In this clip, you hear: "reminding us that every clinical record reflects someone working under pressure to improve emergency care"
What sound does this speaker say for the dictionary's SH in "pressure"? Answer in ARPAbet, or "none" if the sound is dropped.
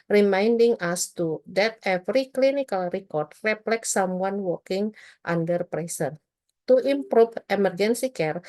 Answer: S